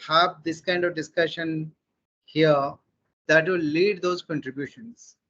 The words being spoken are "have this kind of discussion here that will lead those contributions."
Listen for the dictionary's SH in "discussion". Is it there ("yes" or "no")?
yes